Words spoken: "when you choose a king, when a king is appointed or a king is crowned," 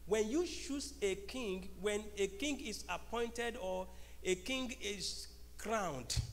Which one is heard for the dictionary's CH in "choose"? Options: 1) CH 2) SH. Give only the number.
2